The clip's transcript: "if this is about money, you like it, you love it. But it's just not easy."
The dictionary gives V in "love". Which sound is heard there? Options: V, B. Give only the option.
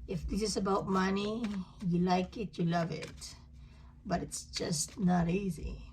V